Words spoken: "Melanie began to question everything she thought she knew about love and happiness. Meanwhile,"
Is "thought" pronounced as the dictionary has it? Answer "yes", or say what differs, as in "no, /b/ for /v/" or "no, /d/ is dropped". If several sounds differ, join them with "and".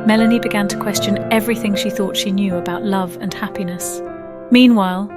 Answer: yes